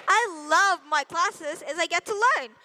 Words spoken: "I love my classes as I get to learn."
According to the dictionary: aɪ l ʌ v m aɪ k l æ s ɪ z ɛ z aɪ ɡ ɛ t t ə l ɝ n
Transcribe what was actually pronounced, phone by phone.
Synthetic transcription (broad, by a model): aɪ l ʌ v m aɪ k l æ s ɪ z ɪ z aɪ ɡ ɛ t t ə l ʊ n